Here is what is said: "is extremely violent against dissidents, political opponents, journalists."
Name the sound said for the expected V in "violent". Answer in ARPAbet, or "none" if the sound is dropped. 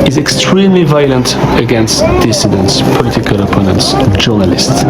V